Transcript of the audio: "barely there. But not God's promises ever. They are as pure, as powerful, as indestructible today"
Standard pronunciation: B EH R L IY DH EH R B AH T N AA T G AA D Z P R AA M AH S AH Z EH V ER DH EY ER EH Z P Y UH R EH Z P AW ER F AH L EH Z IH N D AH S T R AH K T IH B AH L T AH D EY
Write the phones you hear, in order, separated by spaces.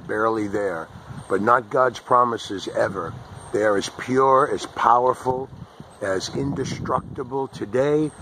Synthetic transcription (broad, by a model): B EH R L IY DH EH R B AH T N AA T G AA D Z P R AA M AH S AH Z EH V ER DH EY ER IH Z P Y UH R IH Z P AW ER F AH L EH Z IH N D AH S T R AH K T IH B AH L T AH D EY